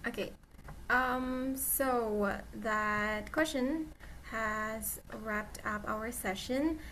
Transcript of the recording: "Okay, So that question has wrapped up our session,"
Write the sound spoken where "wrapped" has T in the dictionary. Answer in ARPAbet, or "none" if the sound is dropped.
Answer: T